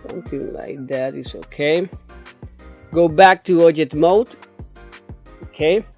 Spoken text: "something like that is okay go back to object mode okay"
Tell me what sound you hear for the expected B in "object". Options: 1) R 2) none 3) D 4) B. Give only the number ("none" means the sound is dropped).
2